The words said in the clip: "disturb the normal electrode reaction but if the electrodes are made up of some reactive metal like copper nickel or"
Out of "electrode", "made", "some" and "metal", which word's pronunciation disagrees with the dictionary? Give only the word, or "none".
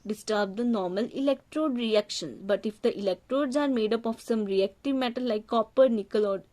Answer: none